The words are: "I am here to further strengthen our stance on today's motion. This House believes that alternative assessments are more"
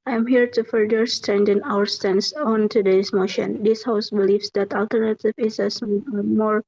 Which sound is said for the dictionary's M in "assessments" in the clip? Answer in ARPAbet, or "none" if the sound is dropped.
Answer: none